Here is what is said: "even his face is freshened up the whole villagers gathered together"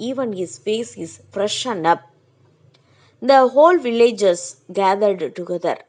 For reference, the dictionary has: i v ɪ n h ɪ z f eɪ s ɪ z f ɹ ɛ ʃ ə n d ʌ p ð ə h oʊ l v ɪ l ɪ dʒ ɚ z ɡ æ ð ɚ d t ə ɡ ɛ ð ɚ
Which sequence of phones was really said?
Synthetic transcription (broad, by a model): i v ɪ n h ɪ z f eɪ s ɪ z f ɹ ɛ ʃ ə n d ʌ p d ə h oʊ l v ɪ l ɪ dʒ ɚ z ɡ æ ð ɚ d t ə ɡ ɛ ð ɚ